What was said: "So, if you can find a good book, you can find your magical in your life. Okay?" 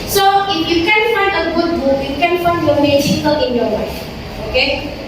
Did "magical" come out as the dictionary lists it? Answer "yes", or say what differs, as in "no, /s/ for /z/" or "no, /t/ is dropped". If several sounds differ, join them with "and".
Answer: no, /ʃ/ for /dʒ/